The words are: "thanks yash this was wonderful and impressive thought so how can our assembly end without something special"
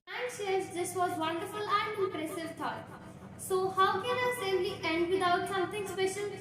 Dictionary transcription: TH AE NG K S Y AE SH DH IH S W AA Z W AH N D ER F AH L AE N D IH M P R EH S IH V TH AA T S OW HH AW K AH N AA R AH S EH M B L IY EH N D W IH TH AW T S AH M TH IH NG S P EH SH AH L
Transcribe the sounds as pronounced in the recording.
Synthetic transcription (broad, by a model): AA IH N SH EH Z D IH S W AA Z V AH N D ER F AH L AE N D IH M P R EH S IH V T AA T S OW HH AW K AH N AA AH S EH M L IY EH N D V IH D AW T S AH M T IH NG S P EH SH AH L